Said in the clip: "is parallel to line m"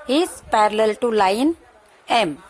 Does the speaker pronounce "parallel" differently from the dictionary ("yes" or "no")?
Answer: no